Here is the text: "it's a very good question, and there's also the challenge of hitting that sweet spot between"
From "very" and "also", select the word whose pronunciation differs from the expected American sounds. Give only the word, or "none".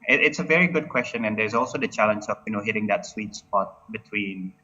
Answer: none